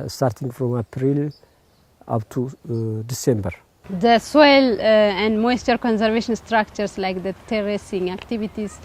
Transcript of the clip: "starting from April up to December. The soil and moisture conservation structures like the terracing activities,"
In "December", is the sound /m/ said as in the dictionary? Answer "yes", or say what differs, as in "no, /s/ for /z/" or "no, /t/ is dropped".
yes